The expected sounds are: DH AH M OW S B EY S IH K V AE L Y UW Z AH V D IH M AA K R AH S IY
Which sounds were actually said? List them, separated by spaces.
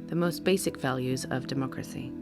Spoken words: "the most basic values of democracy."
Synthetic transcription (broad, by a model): DH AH M OW S B EY S IH K V AE L Y UW Z AH V D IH M AA K R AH S IY